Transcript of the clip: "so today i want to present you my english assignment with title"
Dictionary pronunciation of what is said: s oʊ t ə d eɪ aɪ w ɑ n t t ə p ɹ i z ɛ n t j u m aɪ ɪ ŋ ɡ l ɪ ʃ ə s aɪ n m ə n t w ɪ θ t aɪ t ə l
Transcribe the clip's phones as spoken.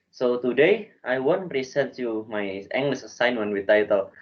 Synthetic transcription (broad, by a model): s oʊ t ə d eɪ aɪ w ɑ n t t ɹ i s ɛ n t j u m aɪ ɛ ŋ ɡ l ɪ s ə s aɪ n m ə n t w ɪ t aɪ t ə l